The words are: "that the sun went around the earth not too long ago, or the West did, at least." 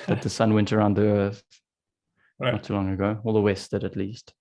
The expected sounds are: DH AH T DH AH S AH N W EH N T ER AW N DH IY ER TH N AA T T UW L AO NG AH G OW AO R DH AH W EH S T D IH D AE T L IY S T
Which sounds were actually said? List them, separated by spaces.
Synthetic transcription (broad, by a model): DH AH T DH AH S AH N W EH N T ER AW N DH IY ER TH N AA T T UW L AO NG AH G OW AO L DH AH W EH S T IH D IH T L IY S T